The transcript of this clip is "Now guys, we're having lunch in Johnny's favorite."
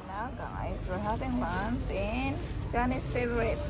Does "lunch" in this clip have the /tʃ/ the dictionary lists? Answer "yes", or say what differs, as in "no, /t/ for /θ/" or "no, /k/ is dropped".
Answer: no, /s/ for /tʃ/